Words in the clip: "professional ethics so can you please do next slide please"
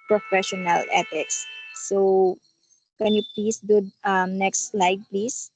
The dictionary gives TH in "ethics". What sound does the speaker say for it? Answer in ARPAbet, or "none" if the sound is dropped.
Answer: T